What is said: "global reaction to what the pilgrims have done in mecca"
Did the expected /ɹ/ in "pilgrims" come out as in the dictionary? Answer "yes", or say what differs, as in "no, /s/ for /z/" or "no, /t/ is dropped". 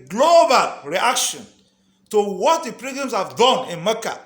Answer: no, /ɹ/ is dropped